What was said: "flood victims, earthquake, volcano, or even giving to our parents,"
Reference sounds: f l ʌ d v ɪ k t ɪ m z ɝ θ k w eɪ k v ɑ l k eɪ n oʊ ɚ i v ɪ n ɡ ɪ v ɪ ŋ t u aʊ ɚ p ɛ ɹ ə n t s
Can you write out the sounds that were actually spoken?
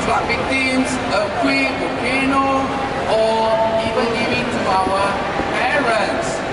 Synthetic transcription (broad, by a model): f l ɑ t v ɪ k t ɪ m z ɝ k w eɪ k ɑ k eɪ n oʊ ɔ i v ɪ n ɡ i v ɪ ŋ t u aʊ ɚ p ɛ ɹ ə n t s